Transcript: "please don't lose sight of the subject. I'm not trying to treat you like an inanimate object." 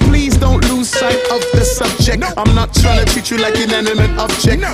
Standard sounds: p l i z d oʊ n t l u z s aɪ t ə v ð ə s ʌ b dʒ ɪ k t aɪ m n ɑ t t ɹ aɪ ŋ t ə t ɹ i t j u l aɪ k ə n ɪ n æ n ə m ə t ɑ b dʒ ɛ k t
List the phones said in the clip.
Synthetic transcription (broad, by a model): p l i z d oʊ n t l u z s aɪ t ə v ð ə s ʌ b dʒ ɪ k t aɪ m n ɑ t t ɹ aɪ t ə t i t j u l aɪ k ə n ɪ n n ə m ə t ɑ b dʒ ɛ k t